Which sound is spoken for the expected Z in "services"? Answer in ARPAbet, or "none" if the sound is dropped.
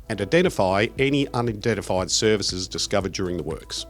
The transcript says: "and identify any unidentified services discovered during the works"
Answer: Z